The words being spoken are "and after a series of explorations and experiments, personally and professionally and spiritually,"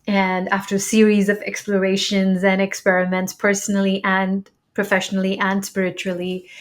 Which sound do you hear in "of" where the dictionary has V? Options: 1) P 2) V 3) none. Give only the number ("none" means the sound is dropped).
2